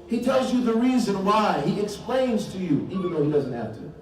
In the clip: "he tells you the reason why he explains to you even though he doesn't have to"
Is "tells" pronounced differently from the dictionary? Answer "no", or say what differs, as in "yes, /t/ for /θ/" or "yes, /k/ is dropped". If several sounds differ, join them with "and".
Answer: no